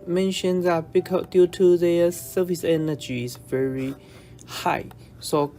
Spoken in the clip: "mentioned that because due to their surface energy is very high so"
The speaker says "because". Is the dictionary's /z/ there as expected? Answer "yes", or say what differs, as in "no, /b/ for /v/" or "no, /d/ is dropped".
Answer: no, /z/ is dropped